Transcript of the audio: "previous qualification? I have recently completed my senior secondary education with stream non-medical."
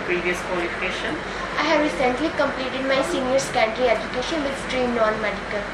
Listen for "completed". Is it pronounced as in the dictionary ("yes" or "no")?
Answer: yes